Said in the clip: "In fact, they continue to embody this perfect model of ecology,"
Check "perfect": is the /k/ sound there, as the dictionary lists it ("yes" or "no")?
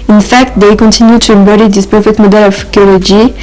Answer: no